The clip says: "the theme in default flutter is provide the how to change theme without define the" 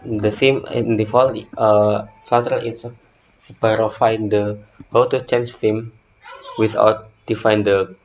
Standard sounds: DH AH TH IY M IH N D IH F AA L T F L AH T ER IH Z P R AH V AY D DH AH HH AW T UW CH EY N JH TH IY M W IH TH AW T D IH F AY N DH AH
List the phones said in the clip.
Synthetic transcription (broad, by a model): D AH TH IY M IH N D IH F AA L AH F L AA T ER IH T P R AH F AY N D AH HH AW T UW CH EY N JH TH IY M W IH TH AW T D IH F AY N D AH